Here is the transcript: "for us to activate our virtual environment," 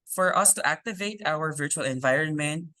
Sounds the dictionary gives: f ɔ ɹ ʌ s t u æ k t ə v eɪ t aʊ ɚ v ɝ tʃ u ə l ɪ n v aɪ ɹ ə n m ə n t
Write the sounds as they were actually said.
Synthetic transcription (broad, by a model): f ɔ ɹ ʌ s t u æ k t ə v eɪ t aʊ ɚ v ɝ tʃ u ə l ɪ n v aɪ ɹ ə n m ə n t